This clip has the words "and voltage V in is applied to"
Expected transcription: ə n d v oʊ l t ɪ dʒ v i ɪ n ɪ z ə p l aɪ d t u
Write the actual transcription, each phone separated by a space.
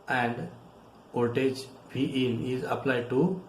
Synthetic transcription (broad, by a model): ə n d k oʊ t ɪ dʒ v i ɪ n ɪ z ə p l aɪ d t u